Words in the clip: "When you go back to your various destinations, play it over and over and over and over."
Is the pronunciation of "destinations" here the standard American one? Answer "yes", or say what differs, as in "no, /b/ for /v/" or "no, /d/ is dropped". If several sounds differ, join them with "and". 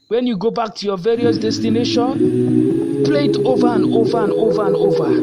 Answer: no, /z/ is dropped